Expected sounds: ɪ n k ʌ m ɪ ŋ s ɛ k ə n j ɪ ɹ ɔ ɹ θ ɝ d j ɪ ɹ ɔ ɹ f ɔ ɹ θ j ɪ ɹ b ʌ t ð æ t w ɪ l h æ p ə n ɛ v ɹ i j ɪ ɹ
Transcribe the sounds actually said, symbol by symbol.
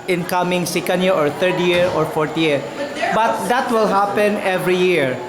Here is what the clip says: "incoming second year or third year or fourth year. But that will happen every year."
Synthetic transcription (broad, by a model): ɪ n k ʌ m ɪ ŋ s ɛ k ə n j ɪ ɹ ɔ ɹ t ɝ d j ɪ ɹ ɔ ɹ f ɔ ɹ t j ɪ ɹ b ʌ t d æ t w ɪ l h æ p ə n ɛ v ɹ i j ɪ ɹ